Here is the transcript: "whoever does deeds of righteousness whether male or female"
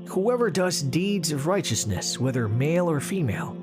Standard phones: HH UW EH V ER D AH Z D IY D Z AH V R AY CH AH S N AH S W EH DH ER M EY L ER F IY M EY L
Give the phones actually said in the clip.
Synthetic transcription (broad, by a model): HH UW EH V ER D AH Z D IY D Z AH V R AY CH AH S N AH S W EH DH ER M EY L ER F IY M EY L